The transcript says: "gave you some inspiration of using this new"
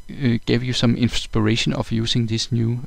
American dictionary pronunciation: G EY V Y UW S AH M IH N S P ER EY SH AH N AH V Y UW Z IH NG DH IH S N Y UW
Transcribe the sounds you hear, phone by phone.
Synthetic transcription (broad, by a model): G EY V Y UW S AH M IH N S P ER EY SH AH N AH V Y UW S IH NG DH IH S N Y UW